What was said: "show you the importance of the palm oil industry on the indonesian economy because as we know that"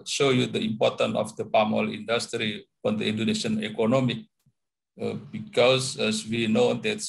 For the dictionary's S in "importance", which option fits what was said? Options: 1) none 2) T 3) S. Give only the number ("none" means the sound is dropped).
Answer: 1